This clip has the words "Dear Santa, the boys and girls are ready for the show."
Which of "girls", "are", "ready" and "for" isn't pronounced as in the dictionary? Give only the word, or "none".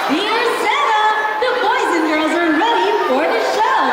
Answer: none